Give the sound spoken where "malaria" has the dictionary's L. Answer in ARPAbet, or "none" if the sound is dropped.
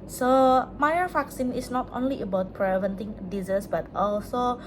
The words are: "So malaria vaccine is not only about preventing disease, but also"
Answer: N